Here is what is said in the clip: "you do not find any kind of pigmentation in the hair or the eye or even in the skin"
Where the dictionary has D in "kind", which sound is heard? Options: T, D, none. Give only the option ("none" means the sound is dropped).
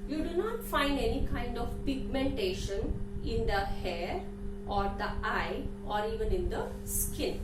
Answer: D